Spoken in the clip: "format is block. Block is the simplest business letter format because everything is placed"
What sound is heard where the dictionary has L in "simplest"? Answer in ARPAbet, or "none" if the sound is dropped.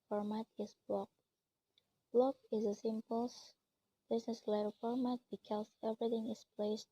none